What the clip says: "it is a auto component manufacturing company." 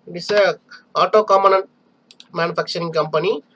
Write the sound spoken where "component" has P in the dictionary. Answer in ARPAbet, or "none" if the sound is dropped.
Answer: none